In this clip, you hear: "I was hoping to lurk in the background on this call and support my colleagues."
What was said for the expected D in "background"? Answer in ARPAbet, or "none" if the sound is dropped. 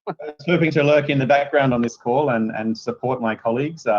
D